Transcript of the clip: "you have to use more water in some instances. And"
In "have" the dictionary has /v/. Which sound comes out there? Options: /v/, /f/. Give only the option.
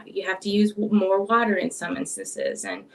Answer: /f/